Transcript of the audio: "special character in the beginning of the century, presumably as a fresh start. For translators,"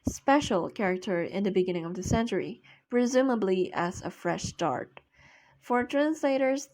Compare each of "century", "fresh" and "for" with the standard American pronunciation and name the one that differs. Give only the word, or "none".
none